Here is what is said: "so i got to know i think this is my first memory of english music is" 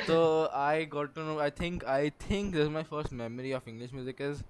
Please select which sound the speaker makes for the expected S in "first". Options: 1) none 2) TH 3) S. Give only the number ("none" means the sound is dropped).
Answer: 3